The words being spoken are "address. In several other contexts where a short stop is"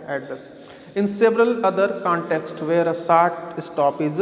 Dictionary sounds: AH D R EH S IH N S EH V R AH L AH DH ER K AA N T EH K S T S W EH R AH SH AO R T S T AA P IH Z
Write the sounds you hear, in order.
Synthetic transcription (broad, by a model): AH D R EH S IH N S EH V R AH L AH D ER K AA N T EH K S T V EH R AH S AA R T S T AA P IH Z